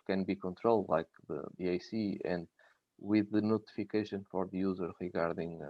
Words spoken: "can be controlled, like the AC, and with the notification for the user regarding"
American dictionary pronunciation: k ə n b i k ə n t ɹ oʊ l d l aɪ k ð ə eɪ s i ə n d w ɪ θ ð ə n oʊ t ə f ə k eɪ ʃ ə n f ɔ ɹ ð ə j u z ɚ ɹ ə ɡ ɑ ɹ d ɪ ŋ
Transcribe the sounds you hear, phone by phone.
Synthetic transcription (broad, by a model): k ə n b i k ə n t ɹ oʊ l d l aɪ k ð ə eɪ s i ə n d w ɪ ð ə n oʊ t ə f ə k eɪ ʃ ə n f ɔ ɹ ð ə j u z ɚ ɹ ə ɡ ɑ ɹ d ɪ ŋ